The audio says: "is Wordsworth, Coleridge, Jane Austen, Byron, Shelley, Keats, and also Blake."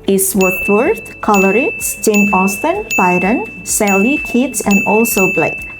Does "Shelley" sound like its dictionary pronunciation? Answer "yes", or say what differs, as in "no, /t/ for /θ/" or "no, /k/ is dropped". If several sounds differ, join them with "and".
no, /s/ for /ʃ/